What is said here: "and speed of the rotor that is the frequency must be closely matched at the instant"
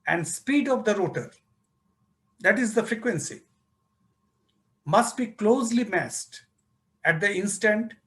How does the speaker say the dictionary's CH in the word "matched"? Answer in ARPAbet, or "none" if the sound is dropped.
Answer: S